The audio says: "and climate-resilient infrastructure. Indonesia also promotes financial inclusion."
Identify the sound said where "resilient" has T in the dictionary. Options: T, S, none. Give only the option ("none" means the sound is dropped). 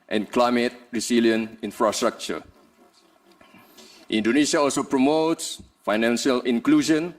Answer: none